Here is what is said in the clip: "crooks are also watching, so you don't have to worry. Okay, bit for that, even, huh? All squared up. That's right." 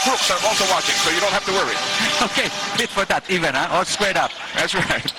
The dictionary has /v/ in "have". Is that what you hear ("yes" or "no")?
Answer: no